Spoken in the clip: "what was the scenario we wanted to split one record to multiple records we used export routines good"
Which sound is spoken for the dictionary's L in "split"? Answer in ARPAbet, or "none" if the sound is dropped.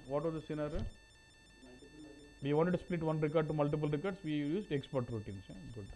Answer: L